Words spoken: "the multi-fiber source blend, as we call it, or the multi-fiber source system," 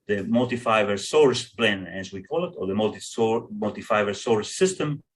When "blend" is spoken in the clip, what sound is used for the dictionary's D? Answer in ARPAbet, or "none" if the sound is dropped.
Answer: none